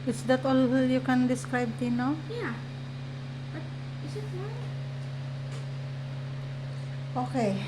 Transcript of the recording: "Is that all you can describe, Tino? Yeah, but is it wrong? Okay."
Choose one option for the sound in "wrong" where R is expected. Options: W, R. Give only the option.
W